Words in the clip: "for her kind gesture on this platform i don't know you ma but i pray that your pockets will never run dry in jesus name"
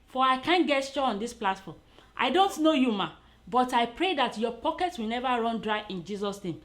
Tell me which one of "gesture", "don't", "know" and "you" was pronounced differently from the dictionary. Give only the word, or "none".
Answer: gesture